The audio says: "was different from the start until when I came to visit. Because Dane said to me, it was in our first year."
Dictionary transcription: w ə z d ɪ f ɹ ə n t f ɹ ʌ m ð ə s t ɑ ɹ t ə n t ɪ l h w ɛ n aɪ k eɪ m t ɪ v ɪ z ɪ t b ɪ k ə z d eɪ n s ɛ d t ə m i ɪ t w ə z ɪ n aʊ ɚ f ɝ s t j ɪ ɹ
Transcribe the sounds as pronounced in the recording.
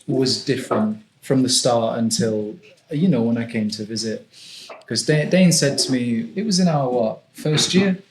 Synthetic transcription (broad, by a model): w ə z d ɪ f ɹ ə n t f ɹ ʌ m ð ə s t ɑ ɹ t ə n t ɪ l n w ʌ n aɪ k eɪ m t ɪ v ɪ z ɪ t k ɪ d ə d eɪ n s ɛ d t ə m i ɪ t w ə z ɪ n aʊ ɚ f ɝ s t j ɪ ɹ